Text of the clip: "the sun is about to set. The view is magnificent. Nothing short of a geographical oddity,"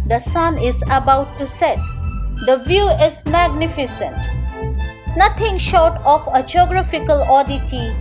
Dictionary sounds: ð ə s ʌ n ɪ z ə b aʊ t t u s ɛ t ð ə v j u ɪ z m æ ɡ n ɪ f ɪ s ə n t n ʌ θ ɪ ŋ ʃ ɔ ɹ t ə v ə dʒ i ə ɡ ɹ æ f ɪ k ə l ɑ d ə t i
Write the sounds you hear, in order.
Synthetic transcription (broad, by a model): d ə s ʌ n ɪ z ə b aʊ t t u s ɛ t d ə v j u ɪ z m æ ɡ n ɪ f ɪ s ə n t n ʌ t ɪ ŋ ʃ ɔ ɹ t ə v ə dʒ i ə ɡ ɹ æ f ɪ k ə l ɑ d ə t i